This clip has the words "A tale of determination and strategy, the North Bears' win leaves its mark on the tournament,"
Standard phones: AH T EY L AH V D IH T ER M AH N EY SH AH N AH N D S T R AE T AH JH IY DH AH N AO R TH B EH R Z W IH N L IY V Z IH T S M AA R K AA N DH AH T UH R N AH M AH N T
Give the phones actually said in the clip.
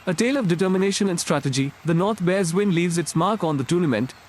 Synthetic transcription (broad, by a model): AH T EY L AH V D IH T ER M AH N EY SH AH N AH N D S T R AE T AH JH IY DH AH N AO R T B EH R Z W IH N L IY V Z IH T S M AA R K AA N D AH T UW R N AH M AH N T